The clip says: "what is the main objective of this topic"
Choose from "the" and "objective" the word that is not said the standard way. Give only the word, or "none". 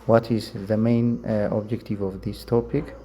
none